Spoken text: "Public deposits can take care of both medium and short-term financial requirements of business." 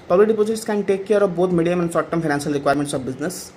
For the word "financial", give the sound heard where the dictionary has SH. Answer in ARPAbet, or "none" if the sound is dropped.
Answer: S